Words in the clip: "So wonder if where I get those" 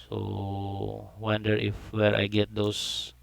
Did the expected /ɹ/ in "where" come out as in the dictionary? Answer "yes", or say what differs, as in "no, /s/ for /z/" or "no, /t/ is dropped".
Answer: yes